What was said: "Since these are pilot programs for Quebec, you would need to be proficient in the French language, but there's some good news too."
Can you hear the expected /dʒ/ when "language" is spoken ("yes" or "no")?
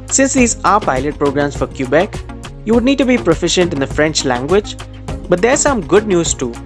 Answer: yes